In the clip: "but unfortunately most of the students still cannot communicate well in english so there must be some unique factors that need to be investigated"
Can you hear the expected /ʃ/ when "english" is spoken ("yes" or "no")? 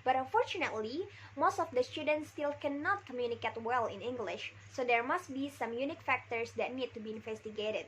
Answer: yes